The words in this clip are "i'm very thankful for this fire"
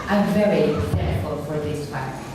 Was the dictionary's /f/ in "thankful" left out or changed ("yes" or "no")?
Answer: yes